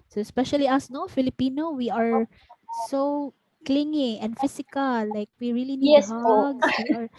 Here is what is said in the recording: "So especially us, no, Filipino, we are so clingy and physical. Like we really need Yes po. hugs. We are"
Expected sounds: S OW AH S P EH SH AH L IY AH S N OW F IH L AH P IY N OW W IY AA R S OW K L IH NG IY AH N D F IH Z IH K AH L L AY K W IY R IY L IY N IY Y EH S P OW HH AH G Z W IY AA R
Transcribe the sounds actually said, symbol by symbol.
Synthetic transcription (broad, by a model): S OW AH S P EH SH AH L IY AH S N OW F IH L AH P IY N OW W IY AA R S OW K L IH NG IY AH N D F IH S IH K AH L L AY K W IY R IY L IY N IY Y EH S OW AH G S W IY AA R